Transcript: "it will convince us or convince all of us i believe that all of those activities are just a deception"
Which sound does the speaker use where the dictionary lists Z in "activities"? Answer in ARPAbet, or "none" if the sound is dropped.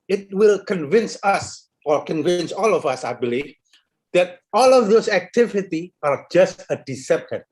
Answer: none